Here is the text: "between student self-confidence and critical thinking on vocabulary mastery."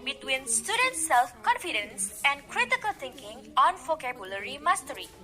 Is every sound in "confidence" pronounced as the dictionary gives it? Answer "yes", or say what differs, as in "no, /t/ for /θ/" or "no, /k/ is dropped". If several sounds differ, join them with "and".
yes